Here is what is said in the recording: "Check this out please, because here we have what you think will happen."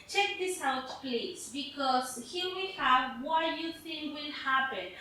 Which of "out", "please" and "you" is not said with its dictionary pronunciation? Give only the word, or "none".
please